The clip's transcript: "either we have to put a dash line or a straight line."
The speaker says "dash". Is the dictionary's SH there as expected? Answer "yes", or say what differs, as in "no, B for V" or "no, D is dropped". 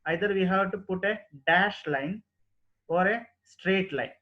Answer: yes